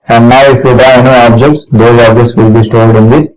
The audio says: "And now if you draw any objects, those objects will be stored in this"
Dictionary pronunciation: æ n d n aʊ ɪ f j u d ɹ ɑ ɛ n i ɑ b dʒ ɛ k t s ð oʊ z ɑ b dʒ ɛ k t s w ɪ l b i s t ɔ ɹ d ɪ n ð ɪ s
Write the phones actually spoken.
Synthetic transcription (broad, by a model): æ n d n aʊ ɪ f j u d ɑ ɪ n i ɑ b dʒ ɛ k t s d oʊ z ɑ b dʒ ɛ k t s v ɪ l b i s t ɔ l d ɪ n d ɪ s